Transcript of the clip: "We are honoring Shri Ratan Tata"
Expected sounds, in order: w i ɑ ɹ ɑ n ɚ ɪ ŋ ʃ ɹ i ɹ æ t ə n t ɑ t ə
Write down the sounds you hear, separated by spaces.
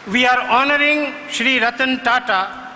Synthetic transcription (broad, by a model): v i ɑ ɹ ɑ n ɚ ɪ ŋ ʃ ɹ i ɹ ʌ t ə n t ɑ t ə